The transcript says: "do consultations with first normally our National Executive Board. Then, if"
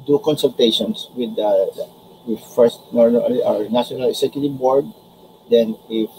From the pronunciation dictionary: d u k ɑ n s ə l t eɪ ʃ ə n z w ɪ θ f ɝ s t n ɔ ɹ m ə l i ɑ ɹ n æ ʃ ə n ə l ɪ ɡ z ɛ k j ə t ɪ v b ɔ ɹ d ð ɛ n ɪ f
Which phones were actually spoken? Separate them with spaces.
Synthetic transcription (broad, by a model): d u k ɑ n s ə l t eɪ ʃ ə n s w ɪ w f ɝ s t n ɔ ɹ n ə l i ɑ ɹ n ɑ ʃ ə n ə l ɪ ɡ s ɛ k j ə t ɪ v b ɔ ɹ d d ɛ n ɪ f